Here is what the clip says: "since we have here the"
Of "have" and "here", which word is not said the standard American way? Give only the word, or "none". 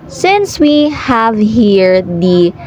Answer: none